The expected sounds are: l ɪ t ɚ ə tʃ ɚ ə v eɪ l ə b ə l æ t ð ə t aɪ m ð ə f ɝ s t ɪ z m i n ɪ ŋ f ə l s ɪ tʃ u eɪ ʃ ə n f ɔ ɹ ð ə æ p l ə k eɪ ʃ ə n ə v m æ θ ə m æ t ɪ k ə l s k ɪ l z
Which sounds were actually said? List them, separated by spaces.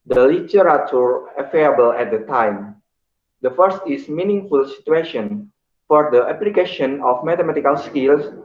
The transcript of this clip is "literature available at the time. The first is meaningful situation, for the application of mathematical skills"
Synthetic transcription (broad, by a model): l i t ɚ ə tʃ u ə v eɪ ə b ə l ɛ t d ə t aɪ m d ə f ɝ s t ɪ s m i n ɪ ŋ f ə l s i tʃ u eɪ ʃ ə n f ɔ ɹ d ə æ p l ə k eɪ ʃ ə n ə f m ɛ t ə m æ t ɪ k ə l s k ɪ l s